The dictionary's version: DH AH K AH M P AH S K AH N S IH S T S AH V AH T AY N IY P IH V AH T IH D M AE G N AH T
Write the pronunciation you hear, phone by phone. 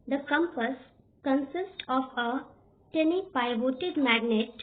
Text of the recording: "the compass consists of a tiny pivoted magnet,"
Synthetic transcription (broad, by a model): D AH K AH M P AH S K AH N S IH S T AH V AH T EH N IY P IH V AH T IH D M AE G N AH T